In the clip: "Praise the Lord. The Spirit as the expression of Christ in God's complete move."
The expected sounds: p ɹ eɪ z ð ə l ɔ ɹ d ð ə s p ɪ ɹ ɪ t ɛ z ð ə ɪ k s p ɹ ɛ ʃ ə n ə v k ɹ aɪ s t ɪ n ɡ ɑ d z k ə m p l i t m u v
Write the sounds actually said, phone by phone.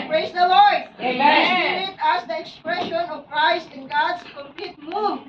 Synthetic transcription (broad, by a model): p ɹ eɪ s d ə l ɔ ɹ d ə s ɪ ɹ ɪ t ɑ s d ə ɪ k s p ɹ ɛ ʃ ə n ə v k ɹ aɪ s t ɪ n ɡ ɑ d s k ə m p l i t m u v